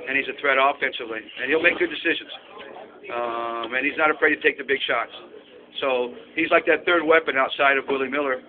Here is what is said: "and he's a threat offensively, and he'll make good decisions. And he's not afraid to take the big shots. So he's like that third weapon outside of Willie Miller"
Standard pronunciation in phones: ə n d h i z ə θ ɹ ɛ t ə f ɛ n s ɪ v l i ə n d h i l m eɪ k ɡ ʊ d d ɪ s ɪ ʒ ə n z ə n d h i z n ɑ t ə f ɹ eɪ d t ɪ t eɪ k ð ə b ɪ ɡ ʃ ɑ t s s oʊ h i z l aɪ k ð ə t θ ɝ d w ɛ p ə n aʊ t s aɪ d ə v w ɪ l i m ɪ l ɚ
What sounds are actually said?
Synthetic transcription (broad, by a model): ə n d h i z ə θ ɹ ɛ t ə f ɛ n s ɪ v l i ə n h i l m eɪ k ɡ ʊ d d ɪ s ɪ ʒ ə n z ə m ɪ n i z n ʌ t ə f ɹ eɪ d t ɪ t eɪ k ð ə b ɪ ɡ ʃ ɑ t s s oʊ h i z l aɪ k ð ə t θ ɝ d w ɛ p ə n aʊ t s aɪ d ə v w ɪ l i m ɪ l ɚ